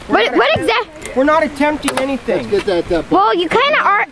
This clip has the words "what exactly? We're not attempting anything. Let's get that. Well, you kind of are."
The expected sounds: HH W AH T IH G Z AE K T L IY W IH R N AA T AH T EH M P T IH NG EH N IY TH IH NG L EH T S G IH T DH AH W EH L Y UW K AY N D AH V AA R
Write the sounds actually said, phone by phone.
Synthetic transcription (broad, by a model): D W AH T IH G Z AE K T W IH R N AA T AH T EH M P T IH NG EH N IY S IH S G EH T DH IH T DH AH W EH L Y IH K AY N D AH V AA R